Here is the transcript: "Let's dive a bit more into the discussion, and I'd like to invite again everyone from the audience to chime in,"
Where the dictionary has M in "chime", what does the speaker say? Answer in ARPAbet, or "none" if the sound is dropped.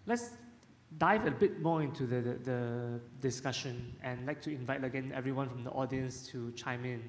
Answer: M